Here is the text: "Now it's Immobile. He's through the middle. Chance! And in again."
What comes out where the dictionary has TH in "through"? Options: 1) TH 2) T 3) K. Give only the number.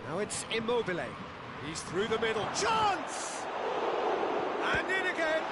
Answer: 1